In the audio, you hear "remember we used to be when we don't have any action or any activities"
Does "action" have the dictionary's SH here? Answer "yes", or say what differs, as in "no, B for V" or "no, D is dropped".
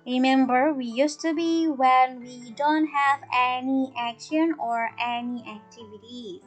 yes